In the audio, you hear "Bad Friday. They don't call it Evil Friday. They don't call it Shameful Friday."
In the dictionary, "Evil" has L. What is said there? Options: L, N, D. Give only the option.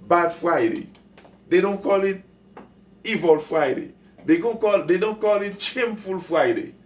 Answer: L